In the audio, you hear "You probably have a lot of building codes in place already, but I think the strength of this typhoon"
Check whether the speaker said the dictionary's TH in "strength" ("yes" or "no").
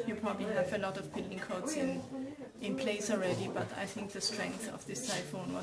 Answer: yes